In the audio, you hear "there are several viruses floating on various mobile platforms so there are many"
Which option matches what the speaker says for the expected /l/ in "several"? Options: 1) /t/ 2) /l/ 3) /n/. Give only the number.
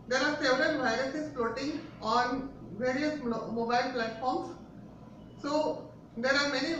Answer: 3